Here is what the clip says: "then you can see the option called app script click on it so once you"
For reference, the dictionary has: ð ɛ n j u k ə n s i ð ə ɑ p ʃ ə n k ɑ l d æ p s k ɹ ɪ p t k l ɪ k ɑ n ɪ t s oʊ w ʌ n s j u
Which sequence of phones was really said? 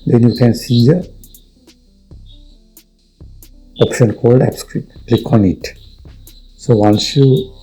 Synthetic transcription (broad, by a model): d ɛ n j u k ə n s i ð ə ɑ p ʃ ə n k ɑ l d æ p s k ɹ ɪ t k l ɪ k ɑ n ɪ t s oʊ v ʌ n s j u